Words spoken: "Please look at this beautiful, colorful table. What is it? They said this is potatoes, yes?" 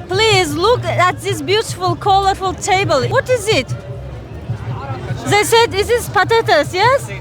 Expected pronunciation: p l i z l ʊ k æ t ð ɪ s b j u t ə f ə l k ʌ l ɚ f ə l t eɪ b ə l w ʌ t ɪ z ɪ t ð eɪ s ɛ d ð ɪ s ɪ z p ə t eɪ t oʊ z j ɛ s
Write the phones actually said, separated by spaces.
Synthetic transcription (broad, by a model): p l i z l ʊ k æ t ð ɪ s b j u t ə f ə l k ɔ l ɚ f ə l t eɪ b ə l w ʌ t ɪ z ɪ t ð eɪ s ɛ d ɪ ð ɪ s p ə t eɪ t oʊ s j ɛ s